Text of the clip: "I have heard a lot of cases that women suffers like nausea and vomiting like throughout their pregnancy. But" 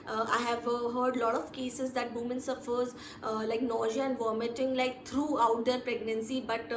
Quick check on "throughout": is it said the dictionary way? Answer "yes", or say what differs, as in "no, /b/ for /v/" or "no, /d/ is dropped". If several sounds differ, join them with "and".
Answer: no, /t/ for /θ/